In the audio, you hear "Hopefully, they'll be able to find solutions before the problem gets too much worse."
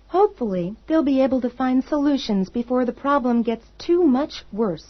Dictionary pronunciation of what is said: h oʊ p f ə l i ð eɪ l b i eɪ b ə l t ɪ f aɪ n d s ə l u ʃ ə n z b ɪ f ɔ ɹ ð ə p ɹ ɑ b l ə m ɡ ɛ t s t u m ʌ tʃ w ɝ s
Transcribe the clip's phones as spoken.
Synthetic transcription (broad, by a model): h oʊ p f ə l i ð eɪ l b i eɪ b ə l t ɪ f aɪ n d s ə l u ʃ ə n z b ɪ f ɔ ɹ ð ə p ɹ ɑ b l ə m ɡ ɛ t s t u m ʌ tʃ w ɝ s